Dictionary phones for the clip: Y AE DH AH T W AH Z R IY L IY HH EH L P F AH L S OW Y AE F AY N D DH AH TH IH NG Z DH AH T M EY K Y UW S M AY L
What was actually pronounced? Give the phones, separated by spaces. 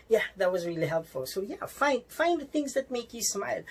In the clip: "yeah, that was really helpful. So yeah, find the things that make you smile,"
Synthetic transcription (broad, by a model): Y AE DH AH T W AH Z R IY L IY HH EH L P F AH L S OW Y AE F AY N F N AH TH IH NG Z DH AH T M EY K Y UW S M AY L